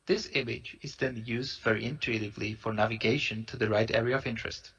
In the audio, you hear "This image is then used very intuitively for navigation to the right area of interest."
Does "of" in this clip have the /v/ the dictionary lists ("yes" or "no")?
yes